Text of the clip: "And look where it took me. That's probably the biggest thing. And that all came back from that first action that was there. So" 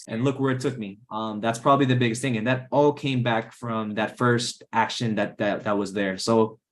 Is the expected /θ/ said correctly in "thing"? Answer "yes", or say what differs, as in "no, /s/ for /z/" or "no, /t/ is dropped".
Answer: yes